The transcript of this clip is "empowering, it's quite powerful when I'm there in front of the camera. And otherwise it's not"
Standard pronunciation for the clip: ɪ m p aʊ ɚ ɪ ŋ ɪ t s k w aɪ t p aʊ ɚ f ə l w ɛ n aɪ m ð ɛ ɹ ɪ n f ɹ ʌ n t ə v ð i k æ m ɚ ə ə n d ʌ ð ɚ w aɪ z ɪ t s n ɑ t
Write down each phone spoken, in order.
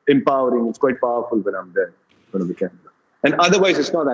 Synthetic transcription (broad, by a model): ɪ m p aʊ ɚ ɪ ŋ ɪ t s k w aɪ t p aʊ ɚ f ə l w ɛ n aɪ m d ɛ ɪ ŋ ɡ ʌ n ə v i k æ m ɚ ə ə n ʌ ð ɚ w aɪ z ɪ t s n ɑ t